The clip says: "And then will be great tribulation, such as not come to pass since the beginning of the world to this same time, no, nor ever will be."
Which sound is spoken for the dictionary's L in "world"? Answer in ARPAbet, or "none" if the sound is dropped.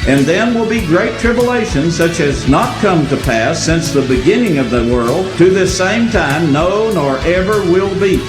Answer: L